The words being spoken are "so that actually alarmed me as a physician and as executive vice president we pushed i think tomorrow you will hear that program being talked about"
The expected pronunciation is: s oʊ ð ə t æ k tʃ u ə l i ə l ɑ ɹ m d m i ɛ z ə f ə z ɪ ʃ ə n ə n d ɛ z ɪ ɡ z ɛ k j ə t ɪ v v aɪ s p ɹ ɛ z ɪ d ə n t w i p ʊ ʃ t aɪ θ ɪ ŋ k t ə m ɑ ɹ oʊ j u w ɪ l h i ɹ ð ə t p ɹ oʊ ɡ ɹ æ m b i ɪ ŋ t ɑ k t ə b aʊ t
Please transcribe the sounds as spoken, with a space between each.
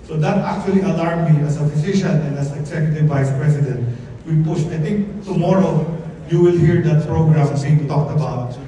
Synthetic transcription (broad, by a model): s oʊ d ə t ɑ k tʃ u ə l i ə l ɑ ɹ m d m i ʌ s ə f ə s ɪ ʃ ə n ə n d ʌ s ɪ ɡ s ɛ k j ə t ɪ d v aɪ s p ɹ ɛ s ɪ d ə n t w i p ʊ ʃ t aɪ t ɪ ŋ k t ə m ɑ ɹ oʊ j u w ɪ l h i ɹ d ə t p ɹ oʊ ɡ ɹ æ m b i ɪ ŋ t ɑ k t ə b aʊ t